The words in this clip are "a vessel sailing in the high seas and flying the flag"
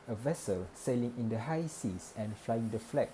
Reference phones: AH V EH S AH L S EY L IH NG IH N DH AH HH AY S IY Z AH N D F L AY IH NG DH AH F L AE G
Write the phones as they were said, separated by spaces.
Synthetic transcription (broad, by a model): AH V EH S AH L S EY L IH NG IH N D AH HH AY S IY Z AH N F L AY IH NG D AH F L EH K